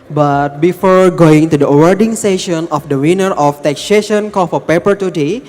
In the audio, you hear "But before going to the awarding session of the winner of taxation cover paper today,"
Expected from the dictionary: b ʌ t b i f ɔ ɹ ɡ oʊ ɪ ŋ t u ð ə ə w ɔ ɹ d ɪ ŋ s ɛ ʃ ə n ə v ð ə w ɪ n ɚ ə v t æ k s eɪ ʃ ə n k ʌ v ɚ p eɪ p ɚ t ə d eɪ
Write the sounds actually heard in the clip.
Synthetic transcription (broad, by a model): b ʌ t b i f ɔ ɹ ɡ oʊ ɪ ŋ t u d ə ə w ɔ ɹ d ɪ ŋ s ɛ ʃ ə n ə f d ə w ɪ n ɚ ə f t æ k s eɪ ʃ ə n k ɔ f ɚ p eɪ p ɚ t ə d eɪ